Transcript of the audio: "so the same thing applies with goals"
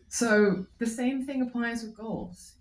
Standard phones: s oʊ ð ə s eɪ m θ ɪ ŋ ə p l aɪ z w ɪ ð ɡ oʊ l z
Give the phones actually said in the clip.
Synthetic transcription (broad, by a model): s oʊ ð ə s eɪ m θ ɪ ŋ ə p l aɪ z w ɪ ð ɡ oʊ l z